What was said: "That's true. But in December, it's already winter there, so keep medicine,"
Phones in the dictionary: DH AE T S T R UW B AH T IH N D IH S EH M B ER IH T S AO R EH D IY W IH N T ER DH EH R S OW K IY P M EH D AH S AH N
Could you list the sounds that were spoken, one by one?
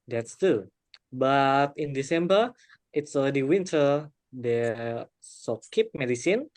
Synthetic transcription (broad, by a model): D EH T S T UW B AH T IH N D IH S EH M B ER IH T S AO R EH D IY W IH N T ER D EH S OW K IY P M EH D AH S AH N